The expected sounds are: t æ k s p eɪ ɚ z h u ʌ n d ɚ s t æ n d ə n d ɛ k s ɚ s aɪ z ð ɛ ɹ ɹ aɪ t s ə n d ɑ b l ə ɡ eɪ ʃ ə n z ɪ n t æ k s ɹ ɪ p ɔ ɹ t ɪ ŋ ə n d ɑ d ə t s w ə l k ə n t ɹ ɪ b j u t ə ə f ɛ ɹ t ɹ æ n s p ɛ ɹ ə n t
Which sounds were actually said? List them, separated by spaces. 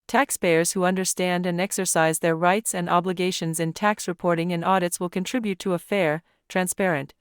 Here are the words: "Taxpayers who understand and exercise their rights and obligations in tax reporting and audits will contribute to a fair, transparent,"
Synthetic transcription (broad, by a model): t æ k s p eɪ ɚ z h u ʌ n d ɚ s t æ n d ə n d ɛ k s ɚ s aɪ z ð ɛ ɹ ɹ aɪ t s ə n d ɑ b l ə ɡ eɪ ʃ ə n z ɪ n t æ k s ɹ ɪ p ɔ ɹ t ɪ ŋ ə n ɑ d ə t s w ə l k ə n t ɹ ɪ b j u t ə ə f ɛ ɹ t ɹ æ n s p ɛ ɹ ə n t